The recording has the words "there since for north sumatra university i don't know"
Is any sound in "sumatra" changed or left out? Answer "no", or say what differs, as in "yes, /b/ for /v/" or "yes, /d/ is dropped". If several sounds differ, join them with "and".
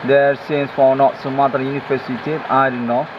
yes, /ɹ/ is dropped